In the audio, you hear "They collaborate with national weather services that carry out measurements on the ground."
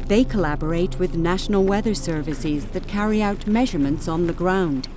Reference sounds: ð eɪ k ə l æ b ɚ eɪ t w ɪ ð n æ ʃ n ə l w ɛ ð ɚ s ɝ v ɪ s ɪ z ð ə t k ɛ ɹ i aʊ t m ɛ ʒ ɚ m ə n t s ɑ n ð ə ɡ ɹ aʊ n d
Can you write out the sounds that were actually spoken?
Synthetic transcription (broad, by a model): ð eɪ k ə l æ b ɚ eɪ t w ɪ ð n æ ʃ n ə l w ɛ ð ɚ s ɝ v ɪ s ɪ z ð ə t k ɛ ɹ i aʊ t m ɛ ʒ ɚ m ə n t s n ð ə ɡ ɹ aʊ n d